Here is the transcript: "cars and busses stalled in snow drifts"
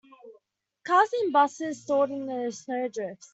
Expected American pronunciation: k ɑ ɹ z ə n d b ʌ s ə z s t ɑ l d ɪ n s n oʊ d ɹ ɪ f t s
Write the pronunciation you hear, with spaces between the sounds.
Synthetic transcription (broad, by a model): k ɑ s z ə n b ʌ s ə z s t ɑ d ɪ n s n oʊ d ɹ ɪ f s